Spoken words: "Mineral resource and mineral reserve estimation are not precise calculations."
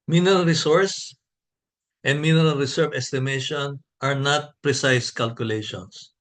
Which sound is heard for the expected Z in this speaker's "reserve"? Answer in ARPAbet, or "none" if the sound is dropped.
S